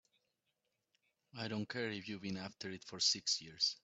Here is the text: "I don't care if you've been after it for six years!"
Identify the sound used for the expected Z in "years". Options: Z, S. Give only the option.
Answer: S